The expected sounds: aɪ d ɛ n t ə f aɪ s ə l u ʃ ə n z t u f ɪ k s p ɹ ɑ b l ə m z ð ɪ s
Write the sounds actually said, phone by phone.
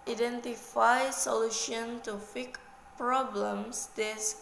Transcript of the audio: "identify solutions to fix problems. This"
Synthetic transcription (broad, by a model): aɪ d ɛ n t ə f aɪ s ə l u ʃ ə n t u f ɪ k p ɹ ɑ b l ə m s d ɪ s